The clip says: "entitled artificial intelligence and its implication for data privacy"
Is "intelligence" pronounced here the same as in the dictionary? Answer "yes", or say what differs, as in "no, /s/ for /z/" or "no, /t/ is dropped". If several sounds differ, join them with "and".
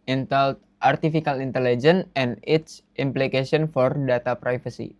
no, /s/ is dropped